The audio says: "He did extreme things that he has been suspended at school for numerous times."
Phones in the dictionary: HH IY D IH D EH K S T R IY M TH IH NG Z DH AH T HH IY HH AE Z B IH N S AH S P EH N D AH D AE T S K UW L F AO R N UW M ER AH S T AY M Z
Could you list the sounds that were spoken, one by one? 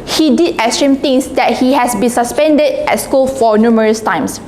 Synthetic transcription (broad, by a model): HH IY D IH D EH S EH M T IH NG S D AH T HH IY HH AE S B IH N S AH S P EH N D AH D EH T S K UW L F AO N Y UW M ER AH S T AY M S